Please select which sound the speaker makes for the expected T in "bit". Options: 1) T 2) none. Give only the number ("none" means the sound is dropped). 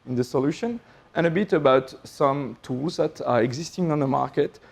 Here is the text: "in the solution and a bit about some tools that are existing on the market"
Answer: 1